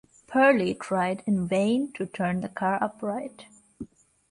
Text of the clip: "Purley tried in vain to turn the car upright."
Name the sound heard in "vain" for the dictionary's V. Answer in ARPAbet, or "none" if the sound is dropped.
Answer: V